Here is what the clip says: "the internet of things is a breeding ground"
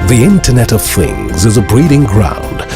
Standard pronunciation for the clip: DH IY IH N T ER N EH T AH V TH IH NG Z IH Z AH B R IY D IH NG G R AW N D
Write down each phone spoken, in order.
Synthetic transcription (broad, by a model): DH IY IH N T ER N EH T AH V TH IH NG Z IH Z AH B R IY D IH NG G R AW N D